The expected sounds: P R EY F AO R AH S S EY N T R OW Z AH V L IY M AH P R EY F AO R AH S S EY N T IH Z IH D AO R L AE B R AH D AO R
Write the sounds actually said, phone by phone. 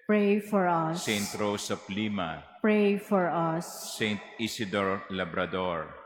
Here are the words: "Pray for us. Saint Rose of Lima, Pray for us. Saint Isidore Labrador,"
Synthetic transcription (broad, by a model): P R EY F AO R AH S S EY N T R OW S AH P L IY M AH P R EY F AO R AH S S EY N T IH S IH D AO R L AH B R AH D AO R